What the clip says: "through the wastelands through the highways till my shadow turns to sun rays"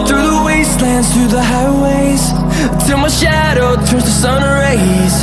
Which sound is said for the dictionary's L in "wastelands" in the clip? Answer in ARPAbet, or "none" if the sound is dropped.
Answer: L